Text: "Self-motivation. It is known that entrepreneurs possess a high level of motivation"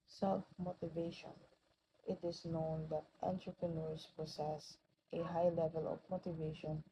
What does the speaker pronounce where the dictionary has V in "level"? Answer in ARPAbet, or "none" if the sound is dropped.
V